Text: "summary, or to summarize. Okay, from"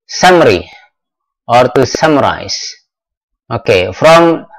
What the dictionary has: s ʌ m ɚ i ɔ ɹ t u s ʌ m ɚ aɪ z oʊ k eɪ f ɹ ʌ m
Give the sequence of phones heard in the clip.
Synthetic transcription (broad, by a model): s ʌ m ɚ i ɔ ɹ t u s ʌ m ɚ aɪ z oʊ k eɪ f ɹ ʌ m